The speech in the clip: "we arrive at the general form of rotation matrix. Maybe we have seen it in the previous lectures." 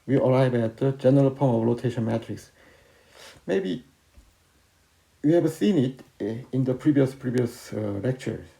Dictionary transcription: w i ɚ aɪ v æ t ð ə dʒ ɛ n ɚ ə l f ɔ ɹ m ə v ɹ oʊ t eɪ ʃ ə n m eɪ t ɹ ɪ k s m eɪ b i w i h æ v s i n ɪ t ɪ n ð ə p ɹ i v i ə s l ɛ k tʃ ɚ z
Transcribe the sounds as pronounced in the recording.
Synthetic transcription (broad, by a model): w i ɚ aɪ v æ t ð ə dʒ ɛ n ɚ ə l p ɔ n ə v l oʊ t eɪ ʃ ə n m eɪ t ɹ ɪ k s m eɪ b i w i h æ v s i n ɪ t ɪ n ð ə p ɹ i v i ə s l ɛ k tʃ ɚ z